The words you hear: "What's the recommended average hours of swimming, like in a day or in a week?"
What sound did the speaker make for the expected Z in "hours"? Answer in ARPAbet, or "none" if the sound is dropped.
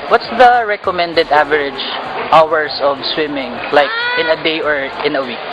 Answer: S